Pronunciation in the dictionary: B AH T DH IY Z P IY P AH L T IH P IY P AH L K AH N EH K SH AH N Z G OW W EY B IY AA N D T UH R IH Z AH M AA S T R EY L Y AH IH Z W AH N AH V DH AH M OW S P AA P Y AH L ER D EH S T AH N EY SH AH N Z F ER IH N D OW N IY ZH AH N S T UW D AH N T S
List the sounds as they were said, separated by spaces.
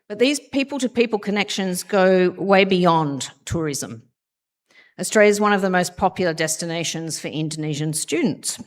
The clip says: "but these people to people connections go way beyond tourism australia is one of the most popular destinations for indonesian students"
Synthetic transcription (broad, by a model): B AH T DH IY Z P IY P AH L T IH P IY P AH L K AH N EH K SH AH N Z G OW W EY B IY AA N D T UH R IH Z AH M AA S T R EY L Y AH IH Z W AH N AH V DH AH M OW S P AA P Y L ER D EH S T AH N EY SH AH N Z F ER IH N D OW N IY ZH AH N S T UW D N T S